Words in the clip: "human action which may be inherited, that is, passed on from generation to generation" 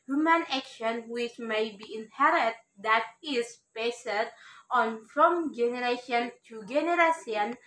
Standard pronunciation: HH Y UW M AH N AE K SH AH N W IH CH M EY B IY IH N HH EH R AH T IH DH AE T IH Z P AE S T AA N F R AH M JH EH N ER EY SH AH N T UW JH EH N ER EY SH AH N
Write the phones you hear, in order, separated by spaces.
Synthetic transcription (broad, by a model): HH Y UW M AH N AE K SH AH N W IH CH M EY B IY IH N HH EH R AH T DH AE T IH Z B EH S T AA N F R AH M JH EH N ER EY SH AH N T UW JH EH N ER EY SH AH N